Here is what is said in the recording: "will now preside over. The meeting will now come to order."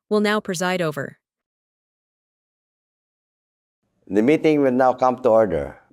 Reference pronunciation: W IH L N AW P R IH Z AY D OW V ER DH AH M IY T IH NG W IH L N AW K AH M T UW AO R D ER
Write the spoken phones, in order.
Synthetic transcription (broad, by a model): W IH L N AW P R IH Z AY D OW V ER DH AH M IY T IH NG W IH L N AW K AH M T UW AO R D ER